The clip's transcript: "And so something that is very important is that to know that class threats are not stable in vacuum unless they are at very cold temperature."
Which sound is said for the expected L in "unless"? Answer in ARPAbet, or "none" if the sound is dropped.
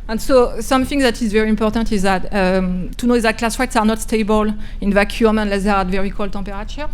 L